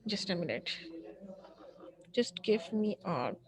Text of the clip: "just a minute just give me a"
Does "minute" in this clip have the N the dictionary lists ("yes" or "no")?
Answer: no